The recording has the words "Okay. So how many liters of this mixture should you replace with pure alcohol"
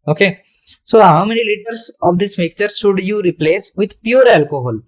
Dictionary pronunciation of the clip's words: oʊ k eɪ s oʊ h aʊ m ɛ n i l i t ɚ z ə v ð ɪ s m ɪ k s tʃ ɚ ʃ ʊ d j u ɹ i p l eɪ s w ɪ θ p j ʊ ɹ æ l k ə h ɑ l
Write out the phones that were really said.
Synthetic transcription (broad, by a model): oʊ k eɪ s oʊ h aʊ m ɛ n i l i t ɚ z ə v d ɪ s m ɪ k tʃ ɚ ʃ ʊ d j u ɹ i p l eɪ s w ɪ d p j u ɹ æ l k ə h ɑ l